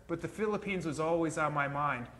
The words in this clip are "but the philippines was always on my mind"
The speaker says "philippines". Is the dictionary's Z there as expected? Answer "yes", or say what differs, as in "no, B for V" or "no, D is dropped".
yes